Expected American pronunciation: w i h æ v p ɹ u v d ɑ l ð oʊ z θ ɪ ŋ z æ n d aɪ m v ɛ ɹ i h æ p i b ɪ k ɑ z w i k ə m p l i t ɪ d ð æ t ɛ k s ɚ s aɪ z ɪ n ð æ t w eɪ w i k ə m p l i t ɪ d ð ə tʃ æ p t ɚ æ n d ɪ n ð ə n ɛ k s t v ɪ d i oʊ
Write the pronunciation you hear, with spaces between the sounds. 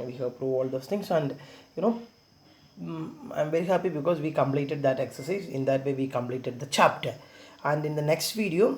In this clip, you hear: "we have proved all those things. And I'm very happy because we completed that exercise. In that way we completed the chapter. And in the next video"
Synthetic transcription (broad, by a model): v i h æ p ɹ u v ɑ l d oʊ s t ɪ ŋ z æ n d aɪ m v ɛ ɹ i h æ p i b ɪ k ɑ z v i k ə m p l i t ɪ d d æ t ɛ k s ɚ s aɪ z ɪ n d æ t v eɪ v i k ə m p l i t ɪ d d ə tʃ æ p t ɚ æ n d ɪ n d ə n ɛ k s t v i d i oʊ